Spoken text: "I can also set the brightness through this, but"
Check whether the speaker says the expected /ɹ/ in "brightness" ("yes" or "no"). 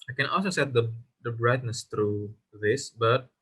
yes